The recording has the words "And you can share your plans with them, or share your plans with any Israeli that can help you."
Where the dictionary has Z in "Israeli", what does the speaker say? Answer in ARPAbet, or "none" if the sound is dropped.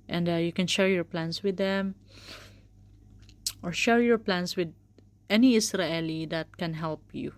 S